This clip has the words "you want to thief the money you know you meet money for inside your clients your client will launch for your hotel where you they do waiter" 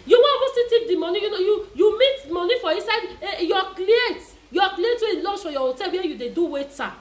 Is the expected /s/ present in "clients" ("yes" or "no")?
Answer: no